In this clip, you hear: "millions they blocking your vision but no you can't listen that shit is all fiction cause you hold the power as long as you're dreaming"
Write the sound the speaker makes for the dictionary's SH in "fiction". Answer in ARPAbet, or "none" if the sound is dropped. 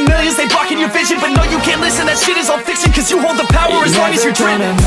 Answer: S